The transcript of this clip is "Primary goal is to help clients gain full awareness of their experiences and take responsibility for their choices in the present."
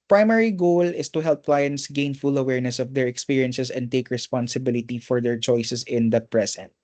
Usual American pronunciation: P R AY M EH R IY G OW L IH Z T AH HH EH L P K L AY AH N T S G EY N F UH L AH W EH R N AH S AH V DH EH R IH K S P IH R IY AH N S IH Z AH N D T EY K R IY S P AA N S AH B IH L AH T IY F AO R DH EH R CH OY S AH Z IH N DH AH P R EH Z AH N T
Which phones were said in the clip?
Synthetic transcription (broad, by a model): P R AY M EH R IY G OW L IH S T AH HH EH L P K L AY AH N T S G EY N F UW L AH W EH R N AH S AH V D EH R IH K S P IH R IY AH N S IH S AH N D T EY K R IY S P AA N S AH B IH L AH T IY F AO R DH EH R CH OY S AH S IH N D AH P R EH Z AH N T